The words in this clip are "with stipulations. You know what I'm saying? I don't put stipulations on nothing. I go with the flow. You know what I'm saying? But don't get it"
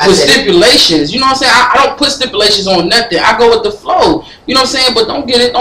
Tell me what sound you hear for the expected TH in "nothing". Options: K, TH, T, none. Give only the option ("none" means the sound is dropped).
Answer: TH